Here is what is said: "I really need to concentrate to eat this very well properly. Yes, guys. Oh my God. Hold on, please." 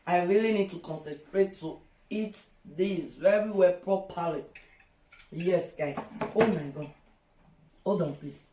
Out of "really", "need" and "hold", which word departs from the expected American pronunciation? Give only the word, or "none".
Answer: hold